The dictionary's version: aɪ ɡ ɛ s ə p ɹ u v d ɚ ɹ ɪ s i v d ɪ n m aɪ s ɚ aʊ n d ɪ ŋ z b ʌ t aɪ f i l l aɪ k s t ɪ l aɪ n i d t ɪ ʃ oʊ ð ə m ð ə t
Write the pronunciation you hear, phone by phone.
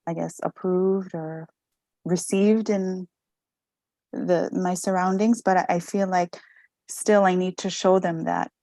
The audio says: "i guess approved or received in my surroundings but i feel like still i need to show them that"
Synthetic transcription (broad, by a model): aɪ ɡ ɛ s ə p ɹ u v d ɚ ɹ ɪ s i v d ɪ n m aɪ s ɚ aʊ n d ɪ ŋ z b ʌ t aɪ f i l l aɪ k s t ɪ l aɪ n i d t ɪ ʃ oʊ ð ə m ð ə t